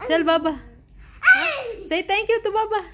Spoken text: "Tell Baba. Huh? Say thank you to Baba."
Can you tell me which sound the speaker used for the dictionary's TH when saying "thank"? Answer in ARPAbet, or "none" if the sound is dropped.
T